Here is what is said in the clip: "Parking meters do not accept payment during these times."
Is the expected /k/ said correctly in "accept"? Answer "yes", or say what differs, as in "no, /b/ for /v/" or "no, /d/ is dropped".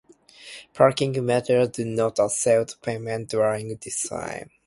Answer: no, /k/ is dropped